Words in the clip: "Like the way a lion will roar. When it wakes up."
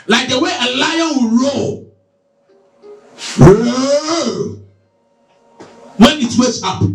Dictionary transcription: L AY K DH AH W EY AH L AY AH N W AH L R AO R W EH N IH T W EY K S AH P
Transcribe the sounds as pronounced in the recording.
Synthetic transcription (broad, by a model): L AY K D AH W EY AH L AY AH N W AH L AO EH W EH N IH T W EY S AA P